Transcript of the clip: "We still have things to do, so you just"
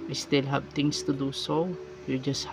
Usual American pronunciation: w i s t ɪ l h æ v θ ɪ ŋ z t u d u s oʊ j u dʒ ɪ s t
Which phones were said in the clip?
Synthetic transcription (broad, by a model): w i s t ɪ l h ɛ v t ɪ ŋ s t u d u s oʊ j u dʒ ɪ s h